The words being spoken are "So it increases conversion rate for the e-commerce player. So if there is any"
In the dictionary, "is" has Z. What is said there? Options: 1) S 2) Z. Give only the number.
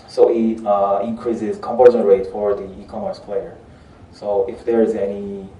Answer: 2